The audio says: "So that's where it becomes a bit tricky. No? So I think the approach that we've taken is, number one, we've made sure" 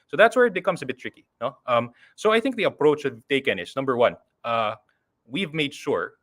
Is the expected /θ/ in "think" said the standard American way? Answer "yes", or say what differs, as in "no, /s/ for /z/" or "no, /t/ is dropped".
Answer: yes